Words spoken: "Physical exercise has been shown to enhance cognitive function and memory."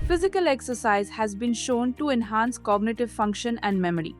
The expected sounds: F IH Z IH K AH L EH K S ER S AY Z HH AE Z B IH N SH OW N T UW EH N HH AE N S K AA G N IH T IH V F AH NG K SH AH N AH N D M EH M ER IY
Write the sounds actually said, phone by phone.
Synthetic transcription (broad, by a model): F IH Z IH K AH L EH K S ER S AY Z HH AE Z B IH N SH OW N T UW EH N HH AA N S K AA G N IH T IH V F AH NG K SH AH N AH N D M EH M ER IY